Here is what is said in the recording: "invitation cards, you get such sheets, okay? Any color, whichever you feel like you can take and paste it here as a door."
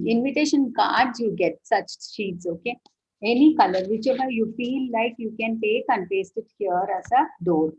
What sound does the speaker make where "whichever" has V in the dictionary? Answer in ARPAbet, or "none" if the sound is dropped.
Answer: B